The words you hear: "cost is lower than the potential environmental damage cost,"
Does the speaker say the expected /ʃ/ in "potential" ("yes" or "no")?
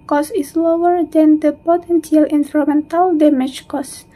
no